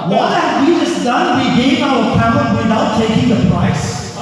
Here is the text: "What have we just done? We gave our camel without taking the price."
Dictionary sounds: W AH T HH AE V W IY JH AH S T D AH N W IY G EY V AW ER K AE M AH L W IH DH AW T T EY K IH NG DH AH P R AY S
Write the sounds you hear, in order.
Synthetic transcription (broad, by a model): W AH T HH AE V W IY JH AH S D AH N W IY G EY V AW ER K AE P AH N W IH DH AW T T EY K IH NG DH AH P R AY S